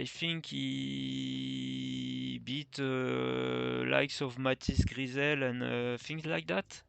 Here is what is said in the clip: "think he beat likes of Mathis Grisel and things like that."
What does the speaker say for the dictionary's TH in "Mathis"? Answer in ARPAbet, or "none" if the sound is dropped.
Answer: T